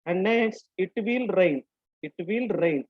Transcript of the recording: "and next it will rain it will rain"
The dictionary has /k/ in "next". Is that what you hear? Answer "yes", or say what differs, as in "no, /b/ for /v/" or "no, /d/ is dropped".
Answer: no, /k/ is dropped